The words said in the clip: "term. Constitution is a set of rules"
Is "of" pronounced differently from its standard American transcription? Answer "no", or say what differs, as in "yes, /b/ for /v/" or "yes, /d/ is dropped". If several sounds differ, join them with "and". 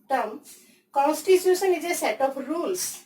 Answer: yes, /p/ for /v/